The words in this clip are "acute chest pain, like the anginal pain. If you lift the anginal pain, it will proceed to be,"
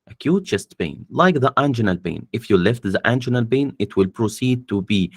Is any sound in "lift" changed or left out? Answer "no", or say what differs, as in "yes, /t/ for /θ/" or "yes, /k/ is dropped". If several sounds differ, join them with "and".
no